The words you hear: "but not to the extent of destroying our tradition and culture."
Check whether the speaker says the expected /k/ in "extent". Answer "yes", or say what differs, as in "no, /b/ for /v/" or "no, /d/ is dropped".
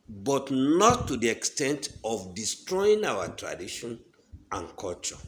yes